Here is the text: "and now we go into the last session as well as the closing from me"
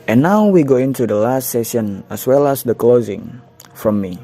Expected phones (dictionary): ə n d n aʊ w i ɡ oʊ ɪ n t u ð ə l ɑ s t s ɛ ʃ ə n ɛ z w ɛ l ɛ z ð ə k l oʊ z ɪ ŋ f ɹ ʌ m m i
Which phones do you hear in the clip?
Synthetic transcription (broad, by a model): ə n n aʊ w i ɡ oʊ ɪ n t u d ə l ɑ s t s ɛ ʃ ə n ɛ s w ɛ l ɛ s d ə k l oʊ z ɪ ŋ f ɹ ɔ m m i